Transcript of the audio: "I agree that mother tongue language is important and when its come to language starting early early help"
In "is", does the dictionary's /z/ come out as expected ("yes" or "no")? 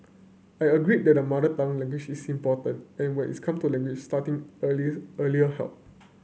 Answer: no